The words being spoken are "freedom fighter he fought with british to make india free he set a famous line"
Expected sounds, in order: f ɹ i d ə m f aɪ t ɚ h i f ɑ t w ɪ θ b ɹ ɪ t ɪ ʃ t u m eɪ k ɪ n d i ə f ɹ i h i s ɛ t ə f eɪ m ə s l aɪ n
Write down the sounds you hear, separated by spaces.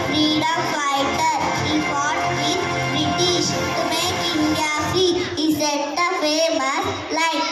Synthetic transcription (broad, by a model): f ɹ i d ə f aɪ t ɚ h i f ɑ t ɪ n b ɹ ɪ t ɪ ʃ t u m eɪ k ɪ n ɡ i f i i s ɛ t ə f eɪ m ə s l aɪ